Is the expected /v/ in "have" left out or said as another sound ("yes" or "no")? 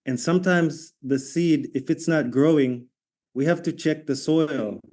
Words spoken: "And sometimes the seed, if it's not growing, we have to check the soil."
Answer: yes